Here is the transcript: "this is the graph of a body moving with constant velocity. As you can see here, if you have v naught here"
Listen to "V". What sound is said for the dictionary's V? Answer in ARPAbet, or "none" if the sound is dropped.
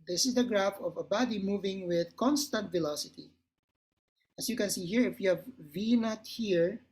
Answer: V